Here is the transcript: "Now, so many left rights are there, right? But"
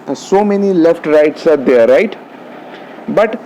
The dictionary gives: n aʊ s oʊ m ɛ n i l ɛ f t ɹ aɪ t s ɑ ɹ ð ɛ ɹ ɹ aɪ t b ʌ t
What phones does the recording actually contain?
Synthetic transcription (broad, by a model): s oʊ m ɛ n i l ɛ f t ɹ aɪ t s ɑ ɹ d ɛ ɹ ɹ aɪ t b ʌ t